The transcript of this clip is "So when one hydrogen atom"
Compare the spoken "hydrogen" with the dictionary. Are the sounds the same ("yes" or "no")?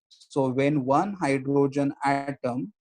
yes